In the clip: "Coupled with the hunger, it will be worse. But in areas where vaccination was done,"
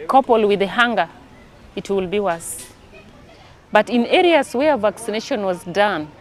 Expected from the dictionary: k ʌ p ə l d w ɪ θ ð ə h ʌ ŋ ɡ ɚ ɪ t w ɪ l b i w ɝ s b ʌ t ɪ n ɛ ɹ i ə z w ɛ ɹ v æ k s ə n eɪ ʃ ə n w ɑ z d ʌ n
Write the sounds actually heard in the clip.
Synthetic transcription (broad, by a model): k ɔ p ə l w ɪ ð ə h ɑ ŋ ɡ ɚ ɪ t w ɪ l b i w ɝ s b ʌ t ɪ n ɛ ɹ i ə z w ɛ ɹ v æ k s ə n eɪ ʃ ə n w ɑ z d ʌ n